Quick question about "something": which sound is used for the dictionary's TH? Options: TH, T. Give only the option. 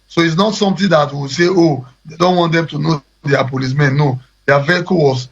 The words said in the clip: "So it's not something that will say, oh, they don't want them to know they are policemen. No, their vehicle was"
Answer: T